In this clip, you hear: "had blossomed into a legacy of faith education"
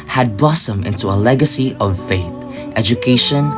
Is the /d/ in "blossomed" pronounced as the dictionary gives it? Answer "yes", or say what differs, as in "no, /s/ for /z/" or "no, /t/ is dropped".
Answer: no, /d/ is dropped